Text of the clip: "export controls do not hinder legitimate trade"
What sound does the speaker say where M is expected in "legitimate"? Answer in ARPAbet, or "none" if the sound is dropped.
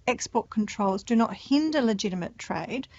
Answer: M